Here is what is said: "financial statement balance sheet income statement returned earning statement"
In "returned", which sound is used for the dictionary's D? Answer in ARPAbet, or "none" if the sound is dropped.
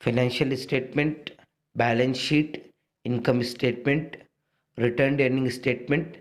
D